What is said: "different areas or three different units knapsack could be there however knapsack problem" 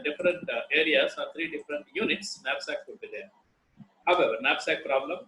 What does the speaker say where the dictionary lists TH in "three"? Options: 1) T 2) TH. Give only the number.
1